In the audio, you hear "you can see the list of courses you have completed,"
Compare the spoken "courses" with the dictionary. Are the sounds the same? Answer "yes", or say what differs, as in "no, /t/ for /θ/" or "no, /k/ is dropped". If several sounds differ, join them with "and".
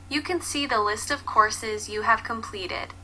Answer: yes